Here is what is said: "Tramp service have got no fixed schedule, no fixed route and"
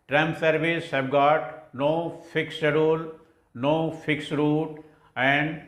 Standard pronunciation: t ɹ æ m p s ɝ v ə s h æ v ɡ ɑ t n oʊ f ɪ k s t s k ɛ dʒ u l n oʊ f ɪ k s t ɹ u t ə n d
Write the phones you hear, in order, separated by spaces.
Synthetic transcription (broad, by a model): t ɹ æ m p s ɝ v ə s h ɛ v ɡ ɑ t n oʊ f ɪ k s s ɛ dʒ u l n oʊ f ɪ k s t ɹ u t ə n d